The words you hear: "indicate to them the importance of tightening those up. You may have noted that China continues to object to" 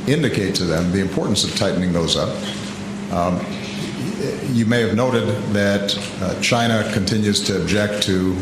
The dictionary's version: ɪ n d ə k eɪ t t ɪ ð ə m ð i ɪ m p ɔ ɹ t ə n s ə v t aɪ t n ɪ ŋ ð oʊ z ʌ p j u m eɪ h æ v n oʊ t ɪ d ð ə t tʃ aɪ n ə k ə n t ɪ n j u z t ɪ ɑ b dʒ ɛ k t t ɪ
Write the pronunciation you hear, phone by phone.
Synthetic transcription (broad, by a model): ɪ n d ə k eɪ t t ɪ ð ə m ð i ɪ m p ɔ ɹ t n s ə v t aɪ t n ɪ ŋ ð oʊ z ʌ j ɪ m eɪ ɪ v n oʊ t ɪ d ð ə t tʃ aɪ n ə k ə n t ɪ n j u z t ɪ b dʒ ɛ k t t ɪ